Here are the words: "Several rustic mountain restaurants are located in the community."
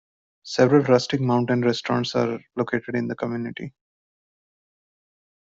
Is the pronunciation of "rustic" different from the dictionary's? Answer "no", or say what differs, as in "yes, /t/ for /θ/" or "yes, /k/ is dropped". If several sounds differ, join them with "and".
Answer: no